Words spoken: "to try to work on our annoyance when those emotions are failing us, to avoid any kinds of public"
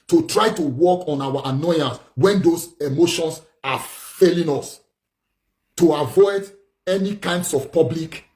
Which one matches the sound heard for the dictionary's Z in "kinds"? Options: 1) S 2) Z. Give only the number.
1